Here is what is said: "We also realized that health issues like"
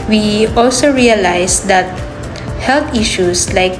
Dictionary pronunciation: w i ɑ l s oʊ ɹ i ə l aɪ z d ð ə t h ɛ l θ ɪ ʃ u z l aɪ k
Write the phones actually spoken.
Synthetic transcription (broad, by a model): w i ɑ l s oʊ ɹ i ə l aɪ s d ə t h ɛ l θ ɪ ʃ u s l aɪ k